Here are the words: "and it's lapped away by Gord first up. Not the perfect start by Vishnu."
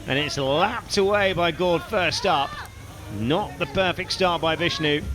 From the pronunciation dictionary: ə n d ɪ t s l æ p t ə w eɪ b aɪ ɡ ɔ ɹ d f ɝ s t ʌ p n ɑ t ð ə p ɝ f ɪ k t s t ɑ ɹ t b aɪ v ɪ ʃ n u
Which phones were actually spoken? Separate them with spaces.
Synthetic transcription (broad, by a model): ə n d ɪ t s l æ p t ə w eɪ b aɪ ɡ ɔ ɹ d f ɝ s t ʌ p n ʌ t ð ə p ɝ f ɪ k t s t ɑ ɹ t b aɪ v ɪ ʃ n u